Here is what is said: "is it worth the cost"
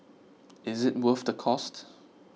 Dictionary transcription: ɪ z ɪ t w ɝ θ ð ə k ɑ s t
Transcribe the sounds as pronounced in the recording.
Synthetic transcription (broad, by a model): ɪ z ɪ t w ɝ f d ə k ɑ s t